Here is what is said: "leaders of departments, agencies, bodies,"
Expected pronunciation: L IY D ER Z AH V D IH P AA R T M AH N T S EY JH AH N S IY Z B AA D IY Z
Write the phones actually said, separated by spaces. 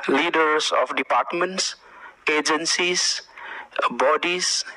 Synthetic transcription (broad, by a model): L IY D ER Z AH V D IH P AA R T M AH N T S EY JH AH N S IY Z B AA D IY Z